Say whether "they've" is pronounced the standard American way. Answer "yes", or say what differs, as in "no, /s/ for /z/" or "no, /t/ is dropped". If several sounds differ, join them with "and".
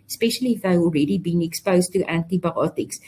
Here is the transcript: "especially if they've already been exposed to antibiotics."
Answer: no, /v/ is dropped